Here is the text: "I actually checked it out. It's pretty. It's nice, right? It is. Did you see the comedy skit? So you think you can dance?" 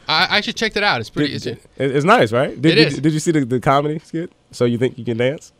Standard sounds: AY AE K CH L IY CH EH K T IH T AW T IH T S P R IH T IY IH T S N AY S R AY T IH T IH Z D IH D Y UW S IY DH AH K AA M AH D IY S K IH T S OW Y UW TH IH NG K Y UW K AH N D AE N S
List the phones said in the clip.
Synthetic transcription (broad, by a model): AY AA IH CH IY CH EH K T IH T AW T IH T S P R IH S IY IH T S N AY S R AY T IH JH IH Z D IH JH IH S IY DH AH K AA M AH D IY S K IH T S OW Y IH TH IH NG K Y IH K AH N D AE N S